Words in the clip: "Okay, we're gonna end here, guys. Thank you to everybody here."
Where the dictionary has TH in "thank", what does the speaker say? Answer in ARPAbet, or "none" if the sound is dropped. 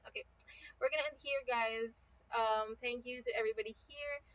TH